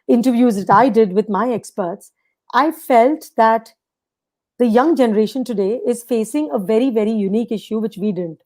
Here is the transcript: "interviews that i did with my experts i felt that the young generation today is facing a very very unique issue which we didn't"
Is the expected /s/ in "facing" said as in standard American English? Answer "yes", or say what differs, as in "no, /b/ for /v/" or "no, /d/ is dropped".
yes